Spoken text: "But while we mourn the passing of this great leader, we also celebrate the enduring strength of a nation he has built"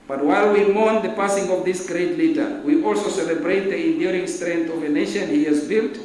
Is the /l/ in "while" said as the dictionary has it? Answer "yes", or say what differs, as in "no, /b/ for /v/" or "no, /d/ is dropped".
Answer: yes